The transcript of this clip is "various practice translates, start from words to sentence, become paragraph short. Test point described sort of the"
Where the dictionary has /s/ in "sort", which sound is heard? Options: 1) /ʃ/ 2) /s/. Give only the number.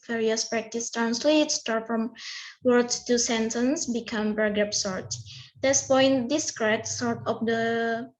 2